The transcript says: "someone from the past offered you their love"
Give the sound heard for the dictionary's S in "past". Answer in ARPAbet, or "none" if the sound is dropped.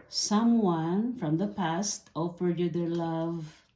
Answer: S